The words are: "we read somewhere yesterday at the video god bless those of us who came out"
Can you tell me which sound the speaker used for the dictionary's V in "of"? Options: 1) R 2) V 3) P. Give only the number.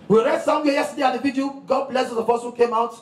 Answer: 3